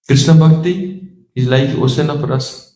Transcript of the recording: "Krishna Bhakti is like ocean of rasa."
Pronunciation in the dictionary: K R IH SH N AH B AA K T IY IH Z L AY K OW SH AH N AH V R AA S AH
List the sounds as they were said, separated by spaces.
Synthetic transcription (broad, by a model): K R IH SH N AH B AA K T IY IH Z L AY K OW S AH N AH P R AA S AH